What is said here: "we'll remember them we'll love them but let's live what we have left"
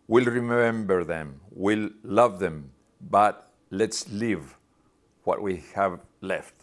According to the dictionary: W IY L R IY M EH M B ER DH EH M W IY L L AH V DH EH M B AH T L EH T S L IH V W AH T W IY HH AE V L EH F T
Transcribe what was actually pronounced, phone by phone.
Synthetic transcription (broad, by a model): W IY L R IY M EH M B ER DH EH M W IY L L AH V DH EH M B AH T L EH T S L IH V W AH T W IY HH AE V L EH F T